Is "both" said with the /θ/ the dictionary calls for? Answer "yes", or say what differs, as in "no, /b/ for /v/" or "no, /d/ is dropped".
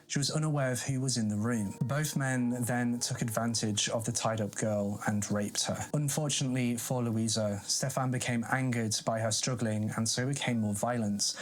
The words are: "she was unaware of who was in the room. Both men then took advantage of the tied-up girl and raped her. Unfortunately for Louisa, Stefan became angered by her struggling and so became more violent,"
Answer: yes